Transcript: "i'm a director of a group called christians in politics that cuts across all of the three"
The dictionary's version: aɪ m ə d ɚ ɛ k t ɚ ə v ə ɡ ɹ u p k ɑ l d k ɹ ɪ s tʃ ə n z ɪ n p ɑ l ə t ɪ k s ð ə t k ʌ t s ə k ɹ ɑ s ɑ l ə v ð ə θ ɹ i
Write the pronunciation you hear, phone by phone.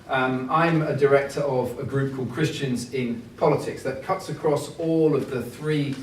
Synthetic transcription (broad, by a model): aɪ m ə d ɚ ɛ k t ɚ ə v ə ɡ ɹ u p k ɑ l d k ɹ ɪ s tʃ ə n z ɪ n p ɑ l ə t ɪ k s ð ə t k ʌ t s ə k ɹ ɑ s ɑ l ə v ð ə θ ɹ i